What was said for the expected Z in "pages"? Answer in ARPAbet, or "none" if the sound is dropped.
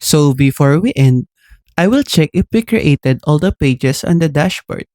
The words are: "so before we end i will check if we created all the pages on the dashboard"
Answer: S